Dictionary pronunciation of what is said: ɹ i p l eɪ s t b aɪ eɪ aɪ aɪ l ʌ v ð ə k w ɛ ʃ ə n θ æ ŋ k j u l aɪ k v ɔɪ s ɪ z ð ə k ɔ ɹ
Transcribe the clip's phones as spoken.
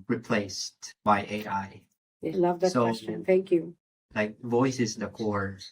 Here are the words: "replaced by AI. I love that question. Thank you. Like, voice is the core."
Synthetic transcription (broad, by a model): ɹ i p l eɪ s t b aɪ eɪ aɪ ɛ l ʌ v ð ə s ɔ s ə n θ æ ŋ k j u l aɪ k v ɔɪ s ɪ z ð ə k ɔ ɹ